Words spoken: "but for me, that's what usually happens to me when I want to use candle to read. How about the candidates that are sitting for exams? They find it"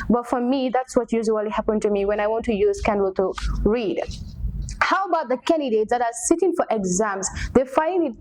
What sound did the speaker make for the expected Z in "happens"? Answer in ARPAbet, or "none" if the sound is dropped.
none